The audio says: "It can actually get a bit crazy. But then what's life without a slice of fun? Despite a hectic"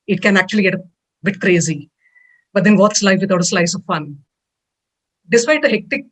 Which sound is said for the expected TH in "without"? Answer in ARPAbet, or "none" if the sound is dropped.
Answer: T